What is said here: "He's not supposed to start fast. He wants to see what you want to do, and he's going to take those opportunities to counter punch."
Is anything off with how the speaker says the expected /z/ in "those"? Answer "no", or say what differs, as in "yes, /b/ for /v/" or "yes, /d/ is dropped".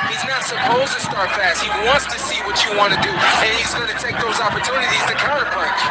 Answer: no